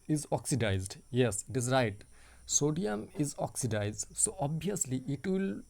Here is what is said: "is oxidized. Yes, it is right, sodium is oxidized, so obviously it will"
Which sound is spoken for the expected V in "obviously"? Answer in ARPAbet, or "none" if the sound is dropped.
none